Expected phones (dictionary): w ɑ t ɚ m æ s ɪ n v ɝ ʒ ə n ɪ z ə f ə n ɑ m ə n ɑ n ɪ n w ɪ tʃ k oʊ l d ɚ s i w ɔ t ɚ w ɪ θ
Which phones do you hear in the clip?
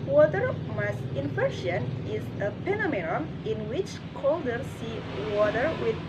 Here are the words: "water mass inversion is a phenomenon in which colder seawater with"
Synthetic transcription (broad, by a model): w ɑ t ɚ m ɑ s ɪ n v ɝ ʃ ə n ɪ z ə p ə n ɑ m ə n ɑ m ɪ n w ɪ tʃ k oʊ l d ɚ s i w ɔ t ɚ w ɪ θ